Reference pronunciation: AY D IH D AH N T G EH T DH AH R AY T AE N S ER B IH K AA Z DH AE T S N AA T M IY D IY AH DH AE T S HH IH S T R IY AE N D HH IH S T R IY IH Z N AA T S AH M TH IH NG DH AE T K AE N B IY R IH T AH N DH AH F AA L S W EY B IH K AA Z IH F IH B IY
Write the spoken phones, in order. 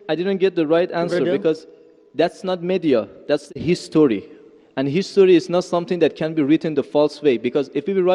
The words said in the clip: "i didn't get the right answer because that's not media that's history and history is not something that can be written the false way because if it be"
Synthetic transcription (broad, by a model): AY D IH D AH N T G EH T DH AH R AY T AE N S ER B IH K AA Z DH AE T S N AA T M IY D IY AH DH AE T S HH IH S T R IY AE N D HH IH S T R IY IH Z N AA T S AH M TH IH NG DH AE T K AE N B IY R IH T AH N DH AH F AA L S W EY B IH K AA Z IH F IH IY